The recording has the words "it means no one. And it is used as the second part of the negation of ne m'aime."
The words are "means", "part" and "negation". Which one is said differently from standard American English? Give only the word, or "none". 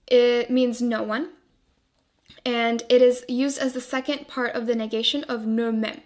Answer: none